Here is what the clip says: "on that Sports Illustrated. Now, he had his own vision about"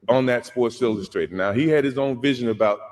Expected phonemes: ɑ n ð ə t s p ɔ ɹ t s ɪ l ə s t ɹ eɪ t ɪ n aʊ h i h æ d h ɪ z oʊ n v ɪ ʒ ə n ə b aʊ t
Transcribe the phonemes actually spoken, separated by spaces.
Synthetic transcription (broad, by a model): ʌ n ð ə t s p ɔ ɹ t s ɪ l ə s t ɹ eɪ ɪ n aʊ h i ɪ d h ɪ z oʊ n v ɪ ʒ ə n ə b aʊ t